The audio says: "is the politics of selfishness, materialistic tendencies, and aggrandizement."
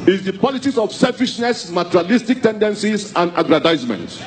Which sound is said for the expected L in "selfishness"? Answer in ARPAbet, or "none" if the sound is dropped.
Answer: L